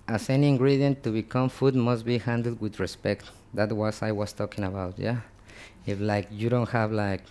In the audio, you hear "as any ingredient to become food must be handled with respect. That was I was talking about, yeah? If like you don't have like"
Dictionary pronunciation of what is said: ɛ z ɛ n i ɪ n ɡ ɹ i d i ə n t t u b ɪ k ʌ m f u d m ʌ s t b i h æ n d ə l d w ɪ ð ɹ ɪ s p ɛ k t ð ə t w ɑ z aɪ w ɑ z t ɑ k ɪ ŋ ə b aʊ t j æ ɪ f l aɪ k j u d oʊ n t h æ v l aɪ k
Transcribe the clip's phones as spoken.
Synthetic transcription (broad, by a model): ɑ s ɛ n i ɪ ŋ ɡ ɹ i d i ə n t t u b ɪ k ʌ m f u d m ʌ s t b i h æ n d l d w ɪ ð ɹ ɪ s p ɛ k t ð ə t w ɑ s aɪ w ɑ s t ɑ k ɪ ŋ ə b aʊ t j æ ɪ f l aɪ k j u d oʊ n t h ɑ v l aɪ k